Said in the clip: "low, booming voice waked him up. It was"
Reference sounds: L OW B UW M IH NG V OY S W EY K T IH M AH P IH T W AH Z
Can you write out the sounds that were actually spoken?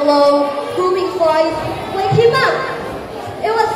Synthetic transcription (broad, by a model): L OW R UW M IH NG F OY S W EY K IH M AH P IH T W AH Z